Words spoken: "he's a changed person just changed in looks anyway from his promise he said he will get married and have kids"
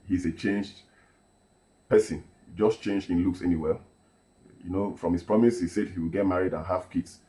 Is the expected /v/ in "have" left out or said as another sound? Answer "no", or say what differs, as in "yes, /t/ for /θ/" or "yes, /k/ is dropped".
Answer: yes, /f/ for /v/